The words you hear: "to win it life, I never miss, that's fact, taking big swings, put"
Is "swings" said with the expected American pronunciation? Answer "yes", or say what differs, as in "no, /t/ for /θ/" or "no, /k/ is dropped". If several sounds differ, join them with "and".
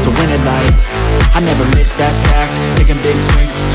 no, /ŋ/ is dropped